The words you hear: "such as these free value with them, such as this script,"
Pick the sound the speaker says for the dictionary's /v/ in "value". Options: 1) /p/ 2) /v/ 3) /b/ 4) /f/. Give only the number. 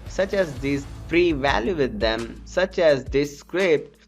2